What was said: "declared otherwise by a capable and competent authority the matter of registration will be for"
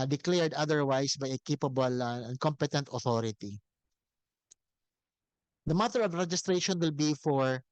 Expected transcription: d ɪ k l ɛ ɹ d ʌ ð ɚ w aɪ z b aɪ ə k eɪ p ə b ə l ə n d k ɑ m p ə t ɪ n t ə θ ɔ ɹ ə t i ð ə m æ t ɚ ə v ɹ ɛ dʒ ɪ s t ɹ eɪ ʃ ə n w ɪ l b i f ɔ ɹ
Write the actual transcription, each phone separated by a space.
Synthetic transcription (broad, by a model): d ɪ k l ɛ ɹ d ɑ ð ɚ w aɪ s b aɪ ə k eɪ p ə b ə l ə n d k ɑ m p ə t ɪ n t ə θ ɔ ɹ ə t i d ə m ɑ t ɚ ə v ɹ ɛ dʒ ɪ s t ɹ eɪ ʃ ə n w ɪ l b i f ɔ ɹ